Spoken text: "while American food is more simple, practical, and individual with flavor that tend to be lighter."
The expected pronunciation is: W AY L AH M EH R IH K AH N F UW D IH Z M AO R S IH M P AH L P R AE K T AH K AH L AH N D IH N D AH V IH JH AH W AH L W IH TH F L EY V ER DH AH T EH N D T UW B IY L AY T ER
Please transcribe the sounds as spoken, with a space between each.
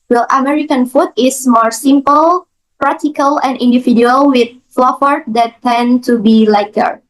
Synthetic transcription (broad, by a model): W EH L AH M EH R IH K AH N F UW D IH S M AO R S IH M P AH L P R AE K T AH K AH L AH N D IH N D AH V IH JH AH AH L W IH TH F L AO F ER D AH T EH N T UW B IY L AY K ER